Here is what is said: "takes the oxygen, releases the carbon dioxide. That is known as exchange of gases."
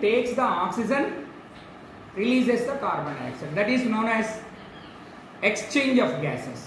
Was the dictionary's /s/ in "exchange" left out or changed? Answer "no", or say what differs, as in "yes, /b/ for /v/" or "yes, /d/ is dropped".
no